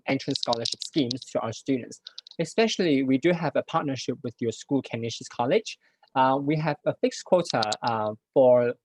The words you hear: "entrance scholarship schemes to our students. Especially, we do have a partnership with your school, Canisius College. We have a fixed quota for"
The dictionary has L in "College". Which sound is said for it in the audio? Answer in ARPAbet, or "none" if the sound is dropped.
L